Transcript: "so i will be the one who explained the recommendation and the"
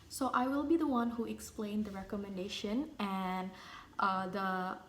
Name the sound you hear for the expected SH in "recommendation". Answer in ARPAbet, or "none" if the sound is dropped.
SH